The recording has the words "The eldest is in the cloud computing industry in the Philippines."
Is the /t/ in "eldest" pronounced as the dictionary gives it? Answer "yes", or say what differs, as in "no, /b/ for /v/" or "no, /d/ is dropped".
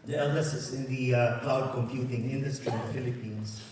no, /t/ is dropped